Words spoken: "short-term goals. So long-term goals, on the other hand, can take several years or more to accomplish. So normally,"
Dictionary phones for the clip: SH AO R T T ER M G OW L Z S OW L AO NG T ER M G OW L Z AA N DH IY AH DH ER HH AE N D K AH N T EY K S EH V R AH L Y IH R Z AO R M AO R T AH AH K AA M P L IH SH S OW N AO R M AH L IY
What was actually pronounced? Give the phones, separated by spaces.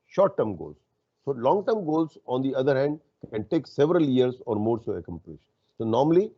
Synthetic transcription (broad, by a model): SH AO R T T ER M G OW L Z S OW L AO NG T ER M G OW L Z AA N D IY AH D ER HH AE N D K AH N T EY K S EH V R AH L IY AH R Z AO R M AO R S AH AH K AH M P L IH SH S OW N AO R M AH L IY